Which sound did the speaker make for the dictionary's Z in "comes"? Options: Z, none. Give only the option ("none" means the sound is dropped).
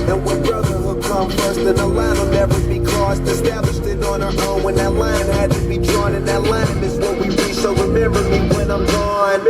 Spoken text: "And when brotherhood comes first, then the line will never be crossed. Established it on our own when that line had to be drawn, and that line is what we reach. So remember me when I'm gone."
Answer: none